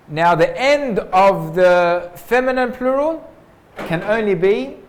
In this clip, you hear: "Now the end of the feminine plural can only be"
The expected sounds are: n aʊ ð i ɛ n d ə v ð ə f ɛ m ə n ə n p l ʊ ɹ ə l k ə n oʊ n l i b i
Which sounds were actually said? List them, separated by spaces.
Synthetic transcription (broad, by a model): n aʊ ð i ɛ n d ə v ð ə f ɛ m ə n ə n p l ʊ ɹ ə l k ə n oʊ n l i b i